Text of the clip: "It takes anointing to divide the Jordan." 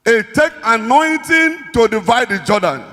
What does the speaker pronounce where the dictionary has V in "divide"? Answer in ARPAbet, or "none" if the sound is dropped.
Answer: V